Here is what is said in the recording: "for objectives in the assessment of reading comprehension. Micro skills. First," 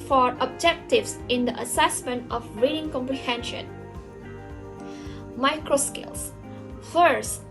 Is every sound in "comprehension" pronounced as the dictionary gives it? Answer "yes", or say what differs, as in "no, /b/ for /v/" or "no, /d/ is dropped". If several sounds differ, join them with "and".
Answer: yes